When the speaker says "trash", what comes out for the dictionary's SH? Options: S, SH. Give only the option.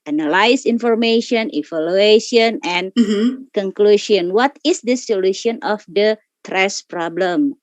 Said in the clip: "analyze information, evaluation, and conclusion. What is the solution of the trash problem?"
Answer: S